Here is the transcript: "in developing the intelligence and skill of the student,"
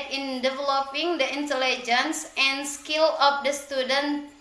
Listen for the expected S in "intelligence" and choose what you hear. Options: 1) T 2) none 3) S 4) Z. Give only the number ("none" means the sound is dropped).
3